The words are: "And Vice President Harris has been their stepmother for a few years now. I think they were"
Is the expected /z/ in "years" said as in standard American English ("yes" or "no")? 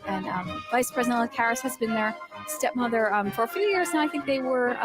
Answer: yes